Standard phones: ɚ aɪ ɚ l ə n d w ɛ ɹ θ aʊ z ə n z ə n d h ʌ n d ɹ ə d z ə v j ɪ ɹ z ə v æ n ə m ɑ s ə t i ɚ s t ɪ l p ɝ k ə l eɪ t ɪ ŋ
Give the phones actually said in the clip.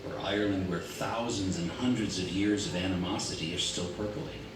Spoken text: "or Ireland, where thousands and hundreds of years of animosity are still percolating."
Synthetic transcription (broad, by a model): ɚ aɪ ɚ l ə n d w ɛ ɹ θ aʊ z ə n z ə n h ʌ n d ɹ ə d z ə v j ɪ ɹ z ə v æ n ə m ɑ s ə t i ɚ s t ɪ l p ɝ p l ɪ